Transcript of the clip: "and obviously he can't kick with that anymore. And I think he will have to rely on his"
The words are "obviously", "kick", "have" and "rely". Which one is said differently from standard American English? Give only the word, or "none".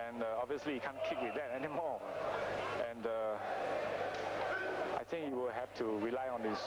have